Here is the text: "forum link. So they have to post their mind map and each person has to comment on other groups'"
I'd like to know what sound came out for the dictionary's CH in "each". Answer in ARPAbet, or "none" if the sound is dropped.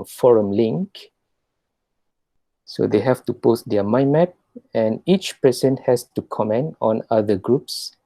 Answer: CH